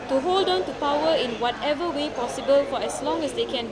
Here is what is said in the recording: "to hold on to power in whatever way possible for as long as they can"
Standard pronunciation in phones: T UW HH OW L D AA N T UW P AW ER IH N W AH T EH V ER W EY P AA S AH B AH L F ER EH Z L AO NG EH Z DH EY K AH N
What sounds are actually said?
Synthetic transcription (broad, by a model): T UW HH OW L D AA N T UW P AW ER IH N W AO T EH V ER W EY P AA S AH B AH L F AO EH S L AO NG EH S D EY K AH N